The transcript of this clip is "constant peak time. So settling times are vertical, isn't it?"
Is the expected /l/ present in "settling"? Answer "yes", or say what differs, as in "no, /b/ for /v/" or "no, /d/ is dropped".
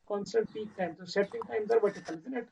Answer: no, /l/ is dropped